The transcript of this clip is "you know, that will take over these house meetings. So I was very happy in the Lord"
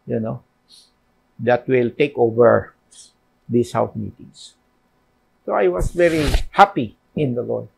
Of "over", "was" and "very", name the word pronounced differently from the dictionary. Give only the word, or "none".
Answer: was